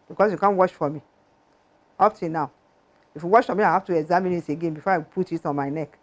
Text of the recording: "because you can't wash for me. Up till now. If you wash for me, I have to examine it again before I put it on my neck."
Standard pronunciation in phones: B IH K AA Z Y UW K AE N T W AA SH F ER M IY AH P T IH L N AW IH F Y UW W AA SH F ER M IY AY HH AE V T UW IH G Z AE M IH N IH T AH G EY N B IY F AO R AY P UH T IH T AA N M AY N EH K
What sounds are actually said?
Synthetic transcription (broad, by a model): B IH K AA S Y UW K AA N W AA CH F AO M IY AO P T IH N N AW IH F Y UW W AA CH F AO M IY AY HH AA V T UW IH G Z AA M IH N IH T AH G EY N B IY F AO AY P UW T IH T AA N M AY N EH K